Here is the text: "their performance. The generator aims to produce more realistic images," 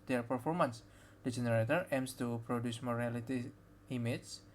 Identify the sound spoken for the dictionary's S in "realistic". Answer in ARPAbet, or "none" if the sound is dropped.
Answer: none